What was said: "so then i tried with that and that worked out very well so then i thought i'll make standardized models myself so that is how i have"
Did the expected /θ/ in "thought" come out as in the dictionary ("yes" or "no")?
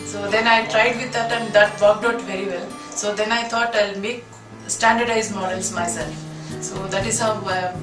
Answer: no